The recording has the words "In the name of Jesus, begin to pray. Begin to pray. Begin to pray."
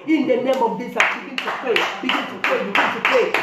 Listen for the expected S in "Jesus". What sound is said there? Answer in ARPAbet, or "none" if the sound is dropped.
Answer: none